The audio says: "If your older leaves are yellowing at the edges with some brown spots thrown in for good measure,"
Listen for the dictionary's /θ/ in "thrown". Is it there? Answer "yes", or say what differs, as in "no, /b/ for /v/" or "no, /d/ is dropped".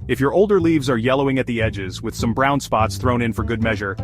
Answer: yes